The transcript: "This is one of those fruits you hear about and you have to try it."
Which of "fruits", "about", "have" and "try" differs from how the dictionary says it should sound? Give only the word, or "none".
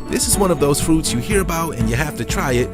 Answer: have